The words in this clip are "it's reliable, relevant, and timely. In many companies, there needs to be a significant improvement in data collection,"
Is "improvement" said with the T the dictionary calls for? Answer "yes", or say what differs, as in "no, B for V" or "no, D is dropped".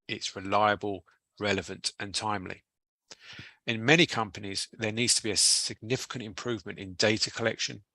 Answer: yes